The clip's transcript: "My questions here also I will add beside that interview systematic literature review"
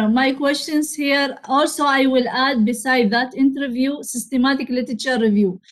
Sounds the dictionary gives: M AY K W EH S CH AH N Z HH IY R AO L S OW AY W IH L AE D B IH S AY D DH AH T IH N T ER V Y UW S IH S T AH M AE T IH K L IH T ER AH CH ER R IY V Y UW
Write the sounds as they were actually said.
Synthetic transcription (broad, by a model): M AY K W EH S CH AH N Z HH IY R AO L S OW AY W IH L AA D B IH S AY D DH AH T IH N T ER V Y UW S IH S T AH M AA T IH K L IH T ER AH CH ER R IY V Y UW